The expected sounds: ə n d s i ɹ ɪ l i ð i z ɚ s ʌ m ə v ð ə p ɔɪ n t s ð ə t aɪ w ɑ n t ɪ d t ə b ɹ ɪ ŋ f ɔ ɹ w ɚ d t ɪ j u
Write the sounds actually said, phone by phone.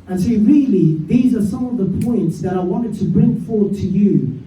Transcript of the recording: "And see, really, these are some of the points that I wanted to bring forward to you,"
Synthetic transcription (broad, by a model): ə n s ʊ ɹ ɪ l i ð i z ɚ s ʌ m ə v ð ə p ɔɪ n t s ð ə t aɪ w ɑ n t ɪ d t ə b ɹ ɪ ŋ f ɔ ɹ w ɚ d t ɪ j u